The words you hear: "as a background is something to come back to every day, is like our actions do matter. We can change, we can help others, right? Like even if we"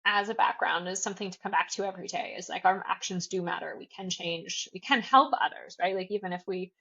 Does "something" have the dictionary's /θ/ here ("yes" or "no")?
yes